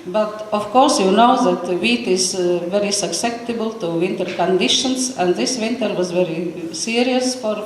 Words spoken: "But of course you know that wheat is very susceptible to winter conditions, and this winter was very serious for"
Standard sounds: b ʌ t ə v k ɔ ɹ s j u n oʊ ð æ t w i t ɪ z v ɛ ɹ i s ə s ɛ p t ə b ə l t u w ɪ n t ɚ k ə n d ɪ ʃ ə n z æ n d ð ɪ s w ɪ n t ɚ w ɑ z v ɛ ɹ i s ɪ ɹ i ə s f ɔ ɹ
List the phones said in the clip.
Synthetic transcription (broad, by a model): b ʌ t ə f k ɔ ɹ s j u n oʊ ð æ t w i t ɪ z v ɛ ɹ i s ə s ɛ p t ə b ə l t u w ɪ n t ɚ k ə n d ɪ ʃ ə n s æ n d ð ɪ s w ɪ n t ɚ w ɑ z v ɛ ɹ i s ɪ ɹ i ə s f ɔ ɹ